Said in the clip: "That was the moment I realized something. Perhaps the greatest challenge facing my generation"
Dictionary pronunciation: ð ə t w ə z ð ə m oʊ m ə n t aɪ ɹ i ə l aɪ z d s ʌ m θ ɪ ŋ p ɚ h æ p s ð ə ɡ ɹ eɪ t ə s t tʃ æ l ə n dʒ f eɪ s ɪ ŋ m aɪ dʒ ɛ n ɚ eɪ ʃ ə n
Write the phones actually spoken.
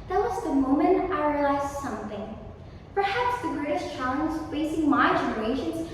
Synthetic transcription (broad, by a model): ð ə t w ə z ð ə m oʊ m ə n t aɪ ɹ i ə l aɪ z s ʌ m θ ɪ ŋ p ɚ h æ p s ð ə ɡ ɹ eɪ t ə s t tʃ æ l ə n z f eɪ s ɪ ŋ m aɪ dʒ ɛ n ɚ eɪ ʃ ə n